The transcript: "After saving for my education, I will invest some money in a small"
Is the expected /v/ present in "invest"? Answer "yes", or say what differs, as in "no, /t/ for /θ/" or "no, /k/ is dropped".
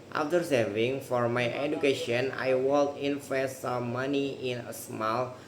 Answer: no, /f/ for /v/